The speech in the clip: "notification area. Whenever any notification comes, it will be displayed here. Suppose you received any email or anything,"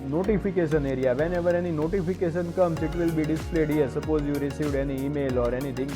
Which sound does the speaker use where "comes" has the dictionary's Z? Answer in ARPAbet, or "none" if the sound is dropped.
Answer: S